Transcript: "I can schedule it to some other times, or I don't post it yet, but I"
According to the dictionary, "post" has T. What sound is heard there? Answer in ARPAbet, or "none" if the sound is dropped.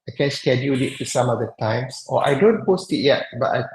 T